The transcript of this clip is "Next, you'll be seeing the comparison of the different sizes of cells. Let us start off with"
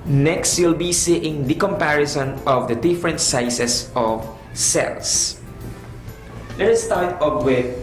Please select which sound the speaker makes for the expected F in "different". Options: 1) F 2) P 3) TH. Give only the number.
1